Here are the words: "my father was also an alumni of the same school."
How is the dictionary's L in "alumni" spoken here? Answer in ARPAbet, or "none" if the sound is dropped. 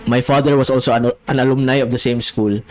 N